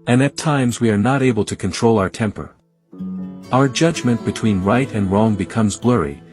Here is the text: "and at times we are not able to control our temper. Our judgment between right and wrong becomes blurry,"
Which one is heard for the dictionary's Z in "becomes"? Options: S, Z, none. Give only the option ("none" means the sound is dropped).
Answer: Z